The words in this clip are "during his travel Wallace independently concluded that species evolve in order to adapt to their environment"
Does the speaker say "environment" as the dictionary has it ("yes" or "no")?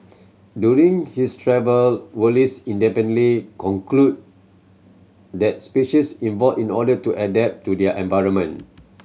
no